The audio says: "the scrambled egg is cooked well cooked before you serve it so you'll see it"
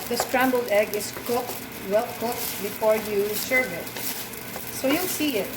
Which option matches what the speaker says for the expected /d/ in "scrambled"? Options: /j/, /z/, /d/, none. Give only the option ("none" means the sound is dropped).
/d/